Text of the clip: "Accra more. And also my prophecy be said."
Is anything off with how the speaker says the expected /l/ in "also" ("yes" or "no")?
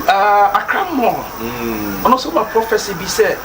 yes